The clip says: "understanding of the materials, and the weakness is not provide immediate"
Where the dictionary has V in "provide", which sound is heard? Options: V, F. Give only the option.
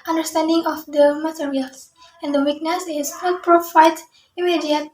F